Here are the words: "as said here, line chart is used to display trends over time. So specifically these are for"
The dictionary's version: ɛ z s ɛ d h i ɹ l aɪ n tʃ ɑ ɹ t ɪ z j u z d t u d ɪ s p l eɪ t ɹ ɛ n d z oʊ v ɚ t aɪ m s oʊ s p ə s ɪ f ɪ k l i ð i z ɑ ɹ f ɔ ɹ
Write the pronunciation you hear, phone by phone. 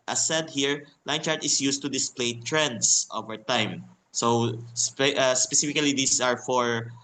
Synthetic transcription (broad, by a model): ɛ s ɛ d h i ɹ l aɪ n tʃ ɑ ɹ t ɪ s j u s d t u d ɪ s p l eɪ t ɹ ɛ n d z oʊ v ɚ t aɪ m s oʊ s p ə s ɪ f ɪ k l i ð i s ɑ ɹ f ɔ ɹ